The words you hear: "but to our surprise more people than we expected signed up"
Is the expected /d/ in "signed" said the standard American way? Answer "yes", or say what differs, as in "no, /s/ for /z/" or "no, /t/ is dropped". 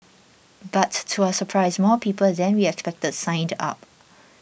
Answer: yes